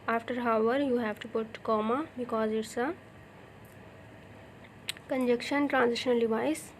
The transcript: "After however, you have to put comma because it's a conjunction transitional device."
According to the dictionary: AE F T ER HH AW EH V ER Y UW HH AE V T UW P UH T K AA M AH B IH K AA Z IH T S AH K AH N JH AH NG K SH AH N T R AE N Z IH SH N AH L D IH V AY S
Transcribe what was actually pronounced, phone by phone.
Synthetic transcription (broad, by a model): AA F T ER HH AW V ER Y UW HH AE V T UW P UH T K AA M AH B IH K AA Z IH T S AH K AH N JH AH K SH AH N T R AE N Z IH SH N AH L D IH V AY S